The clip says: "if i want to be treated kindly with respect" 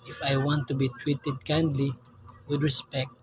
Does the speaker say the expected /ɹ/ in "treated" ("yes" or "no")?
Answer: no